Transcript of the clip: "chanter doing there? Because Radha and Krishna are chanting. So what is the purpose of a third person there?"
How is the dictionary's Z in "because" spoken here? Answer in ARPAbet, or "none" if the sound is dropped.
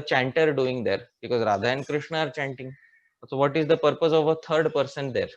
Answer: Z